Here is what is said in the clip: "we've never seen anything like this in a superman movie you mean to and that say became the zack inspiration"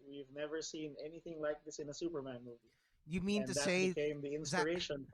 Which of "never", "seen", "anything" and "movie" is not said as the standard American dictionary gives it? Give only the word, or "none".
none